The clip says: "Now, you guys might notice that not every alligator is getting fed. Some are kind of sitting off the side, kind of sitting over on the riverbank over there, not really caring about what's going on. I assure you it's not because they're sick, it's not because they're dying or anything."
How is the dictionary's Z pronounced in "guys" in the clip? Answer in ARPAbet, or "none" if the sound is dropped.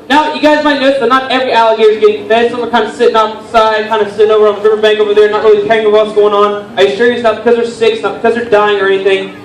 Z